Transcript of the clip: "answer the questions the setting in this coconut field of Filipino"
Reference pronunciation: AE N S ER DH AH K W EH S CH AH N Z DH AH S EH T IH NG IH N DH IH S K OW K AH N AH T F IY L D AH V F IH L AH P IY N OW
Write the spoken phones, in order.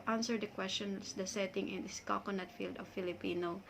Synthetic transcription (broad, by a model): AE N S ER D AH K W EH S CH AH N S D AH S EH T IH NG IH N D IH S K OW K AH N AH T F IY L D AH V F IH L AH P IY N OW